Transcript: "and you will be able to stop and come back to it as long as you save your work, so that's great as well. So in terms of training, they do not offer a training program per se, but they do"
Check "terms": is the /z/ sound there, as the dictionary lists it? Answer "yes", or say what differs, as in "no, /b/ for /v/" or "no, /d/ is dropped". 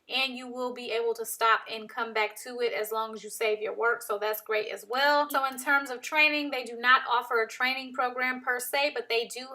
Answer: yes